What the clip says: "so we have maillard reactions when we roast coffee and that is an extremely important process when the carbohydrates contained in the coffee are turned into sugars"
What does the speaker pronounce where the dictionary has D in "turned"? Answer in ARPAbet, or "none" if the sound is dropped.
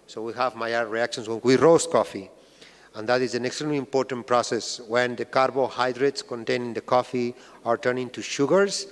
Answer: none